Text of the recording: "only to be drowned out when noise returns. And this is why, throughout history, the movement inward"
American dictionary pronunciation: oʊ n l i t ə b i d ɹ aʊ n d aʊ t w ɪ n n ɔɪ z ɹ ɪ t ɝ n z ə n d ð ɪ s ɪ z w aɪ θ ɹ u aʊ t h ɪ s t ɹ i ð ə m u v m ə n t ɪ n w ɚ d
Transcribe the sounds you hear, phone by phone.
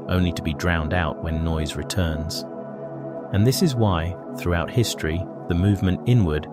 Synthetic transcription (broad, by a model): oʊ n l i t ə b i d ɹ aʊ n d aʊ t w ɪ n n ɔɪ z ɹ ɪ t ɝ n z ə n ð ɪ s ɪ z w aɪ θ ɹ u aʊ t h ɪ s t ɹ i ð ə m u v m ə n t ɪ n w ɚ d